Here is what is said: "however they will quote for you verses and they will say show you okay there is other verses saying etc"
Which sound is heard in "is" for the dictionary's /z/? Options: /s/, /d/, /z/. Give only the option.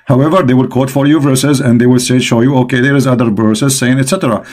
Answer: /z/